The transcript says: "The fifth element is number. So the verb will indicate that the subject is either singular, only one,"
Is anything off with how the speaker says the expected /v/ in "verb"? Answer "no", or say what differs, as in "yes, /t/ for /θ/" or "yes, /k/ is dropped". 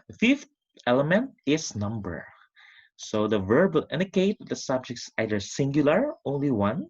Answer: no